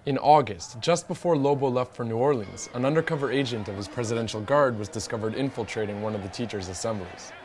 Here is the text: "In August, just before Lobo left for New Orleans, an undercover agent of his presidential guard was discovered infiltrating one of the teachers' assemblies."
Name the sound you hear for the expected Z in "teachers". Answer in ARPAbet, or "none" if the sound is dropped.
Z